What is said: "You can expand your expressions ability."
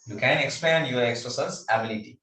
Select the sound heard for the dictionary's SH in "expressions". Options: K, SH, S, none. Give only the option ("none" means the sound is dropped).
S